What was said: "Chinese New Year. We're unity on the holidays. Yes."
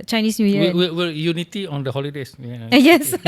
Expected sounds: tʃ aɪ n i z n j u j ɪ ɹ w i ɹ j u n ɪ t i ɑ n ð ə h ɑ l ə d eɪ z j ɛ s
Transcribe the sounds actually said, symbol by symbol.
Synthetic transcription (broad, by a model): tʃ aɪ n i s n j u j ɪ w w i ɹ j u n ɪ t i ɑ n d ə h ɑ l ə d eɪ s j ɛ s